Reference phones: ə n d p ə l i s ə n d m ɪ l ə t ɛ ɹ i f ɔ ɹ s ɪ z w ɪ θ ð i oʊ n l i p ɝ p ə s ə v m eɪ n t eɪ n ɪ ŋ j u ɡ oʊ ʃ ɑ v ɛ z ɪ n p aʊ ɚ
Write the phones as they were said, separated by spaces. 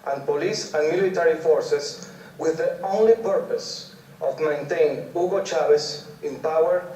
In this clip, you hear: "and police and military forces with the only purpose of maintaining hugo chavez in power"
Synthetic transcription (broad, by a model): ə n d p ə l i s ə n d m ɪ l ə t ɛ ɹ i f ɔ ɹ s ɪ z w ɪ ð i oʊ n l i p ɝ p ə s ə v m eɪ n t eɪ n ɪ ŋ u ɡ oʊ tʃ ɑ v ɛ s ɪ n p aʊ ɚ